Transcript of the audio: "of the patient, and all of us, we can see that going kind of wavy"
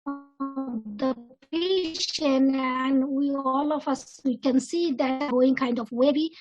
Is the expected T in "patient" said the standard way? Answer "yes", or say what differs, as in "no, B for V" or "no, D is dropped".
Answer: no, T is dropped